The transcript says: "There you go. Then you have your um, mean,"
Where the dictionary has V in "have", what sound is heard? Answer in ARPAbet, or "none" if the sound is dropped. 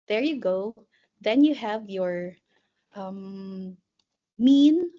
V